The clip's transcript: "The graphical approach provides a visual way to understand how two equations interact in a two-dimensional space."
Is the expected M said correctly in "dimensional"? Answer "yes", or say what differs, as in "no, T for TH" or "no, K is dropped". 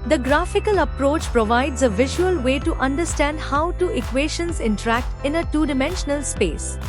yes